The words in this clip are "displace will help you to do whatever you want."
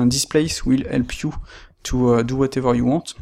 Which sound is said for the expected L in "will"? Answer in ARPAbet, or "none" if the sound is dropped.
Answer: L